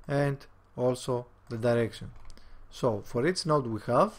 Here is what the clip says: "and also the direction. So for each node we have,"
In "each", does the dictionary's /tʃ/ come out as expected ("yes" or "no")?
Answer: no